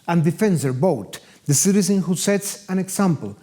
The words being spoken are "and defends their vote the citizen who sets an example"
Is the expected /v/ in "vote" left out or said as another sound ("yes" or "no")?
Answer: yes